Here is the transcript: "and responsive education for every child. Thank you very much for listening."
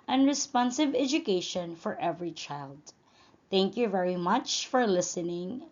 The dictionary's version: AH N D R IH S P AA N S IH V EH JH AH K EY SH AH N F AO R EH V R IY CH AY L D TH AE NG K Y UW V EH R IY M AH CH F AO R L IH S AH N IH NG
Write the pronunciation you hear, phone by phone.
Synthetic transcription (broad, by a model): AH N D R IH S P AA N S IH V EH JH AH K EY SH AH N F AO R EH V R IY CH AY L D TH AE NG K Y UW V EH R IY M AH CH F AO R L IH S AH N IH NG